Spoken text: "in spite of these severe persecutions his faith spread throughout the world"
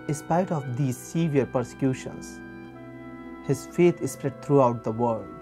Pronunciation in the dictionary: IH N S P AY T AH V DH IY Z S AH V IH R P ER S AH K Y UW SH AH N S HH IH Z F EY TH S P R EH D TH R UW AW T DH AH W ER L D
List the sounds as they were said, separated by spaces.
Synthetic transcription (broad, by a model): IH N S P AY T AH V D IY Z S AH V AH R P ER S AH K Y UW SH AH N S HH IH Z F EY T S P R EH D T R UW AW T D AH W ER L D